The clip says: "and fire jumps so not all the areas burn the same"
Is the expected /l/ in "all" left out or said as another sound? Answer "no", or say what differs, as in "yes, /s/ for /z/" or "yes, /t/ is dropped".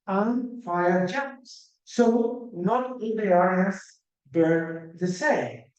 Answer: yes, /n/ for /l/